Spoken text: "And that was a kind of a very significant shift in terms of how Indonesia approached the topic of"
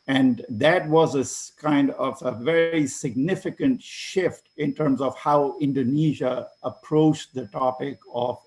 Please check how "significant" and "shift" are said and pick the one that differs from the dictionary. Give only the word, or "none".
none